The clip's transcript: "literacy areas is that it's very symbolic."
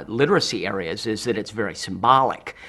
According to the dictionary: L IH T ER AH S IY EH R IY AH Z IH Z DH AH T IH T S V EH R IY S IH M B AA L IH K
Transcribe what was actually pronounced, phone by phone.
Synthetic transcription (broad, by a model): L IH T ER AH S IY EH R IY AH Z IH Z DH AH T IH T S V EH R IY S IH M B AA L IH K